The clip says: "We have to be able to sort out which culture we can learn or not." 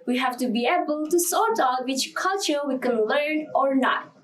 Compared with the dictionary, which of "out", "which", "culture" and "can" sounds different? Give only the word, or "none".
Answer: none